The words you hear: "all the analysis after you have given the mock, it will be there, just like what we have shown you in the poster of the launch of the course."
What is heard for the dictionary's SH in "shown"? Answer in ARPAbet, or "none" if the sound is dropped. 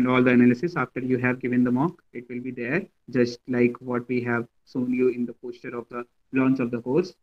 S